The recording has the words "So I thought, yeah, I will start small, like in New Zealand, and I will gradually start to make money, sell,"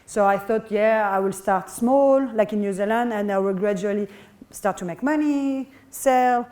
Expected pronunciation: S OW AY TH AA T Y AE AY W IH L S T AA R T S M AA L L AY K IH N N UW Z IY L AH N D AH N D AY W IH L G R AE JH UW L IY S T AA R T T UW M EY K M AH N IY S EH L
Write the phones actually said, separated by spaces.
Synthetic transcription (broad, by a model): S OW AY TH AA T Y AE AY W IH L S T AA R T S M AA L L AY K IH N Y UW Z IY L AH N D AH N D AY W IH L G R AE JH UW L IY S T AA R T T UW M EY K M AH N IY S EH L